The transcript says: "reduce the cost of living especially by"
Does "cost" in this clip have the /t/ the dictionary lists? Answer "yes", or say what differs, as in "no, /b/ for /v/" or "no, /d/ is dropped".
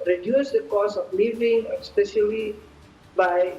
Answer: no, /t/ is dropped